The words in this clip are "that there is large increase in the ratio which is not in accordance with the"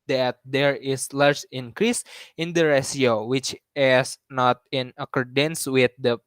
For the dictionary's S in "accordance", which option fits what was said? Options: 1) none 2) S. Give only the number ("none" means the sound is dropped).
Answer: 2